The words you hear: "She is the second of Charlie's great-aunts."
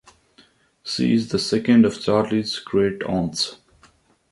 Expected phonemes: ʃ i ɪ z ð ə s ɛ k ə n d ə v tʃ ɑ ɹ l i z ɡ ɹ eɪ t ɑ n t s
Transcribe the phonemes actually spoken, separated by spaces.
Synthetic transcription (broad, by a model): s i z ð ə s ɛ k ə n d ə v tʃ ɑ ɹ l i z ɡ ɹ eɪ t ɑ n t s